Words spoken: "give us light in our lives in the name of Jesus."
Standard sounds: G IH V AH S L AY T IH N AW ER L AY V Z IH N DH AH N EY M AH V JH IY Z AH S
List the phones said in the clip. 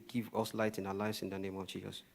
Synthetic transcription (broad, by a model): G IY V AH S L AY T IH N AW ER L AY V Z IH N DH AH N EY M AH V JH IY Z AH S